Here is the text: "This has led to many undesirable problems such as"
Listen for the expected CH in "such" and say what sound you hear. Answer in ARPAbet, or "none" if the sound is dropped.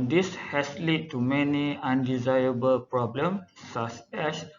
S